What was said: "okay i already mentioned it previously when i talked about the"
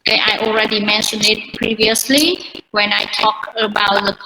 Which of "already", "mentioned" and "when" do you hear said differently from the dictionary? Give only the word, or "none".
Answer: mentioned